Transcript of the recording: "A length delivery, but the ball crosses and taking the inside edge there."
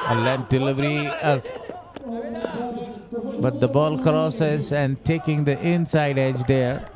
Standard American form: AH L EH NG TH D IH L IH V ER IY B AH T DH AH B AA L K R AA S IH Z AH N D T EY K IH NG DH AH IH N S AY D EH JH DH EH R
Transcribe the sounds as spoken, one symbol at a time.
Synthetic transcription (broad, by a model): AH L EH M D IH L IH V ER IY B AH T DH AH B AA L K R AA S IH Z AH N D T EY K IH NG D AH IH N S AY D EH JH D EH R